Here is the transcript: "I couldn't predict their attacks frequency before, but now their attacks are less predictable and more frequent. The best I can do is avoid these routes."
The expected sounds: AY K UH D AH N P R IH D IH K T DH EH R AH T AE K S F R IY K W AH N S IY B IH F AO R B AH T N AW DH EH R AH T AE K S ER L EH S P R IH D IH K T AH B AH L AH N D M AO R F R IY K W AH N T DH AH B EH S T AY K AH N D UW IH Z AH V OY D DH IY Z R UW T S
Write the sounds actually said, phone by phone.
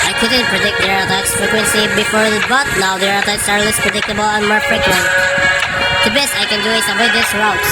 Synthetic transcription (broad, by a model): AY K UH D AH N P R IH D IH K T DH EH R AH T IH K S F R IY K W AH N S IY B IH F AO R B AH T N AW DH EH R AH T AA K S ER L EH S P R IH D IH K T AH B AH L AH N M AO R F R IY K W AH N T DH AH B EH S T AY K AH N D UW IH S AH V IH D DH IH S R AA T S